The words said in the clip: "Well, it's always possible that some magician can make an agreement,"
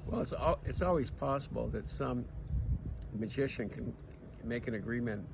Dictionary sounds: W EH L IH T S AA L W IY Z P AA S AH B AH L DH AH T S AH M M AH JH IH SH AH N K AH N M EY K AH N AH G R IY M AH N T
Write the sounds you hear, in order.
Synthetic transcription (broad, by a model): W EH L IH T S AA L W IY Z P AA S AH B L DH AH T S AH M M AH JH IH SH AH N K AH N M EY K AH N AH G R IY M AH N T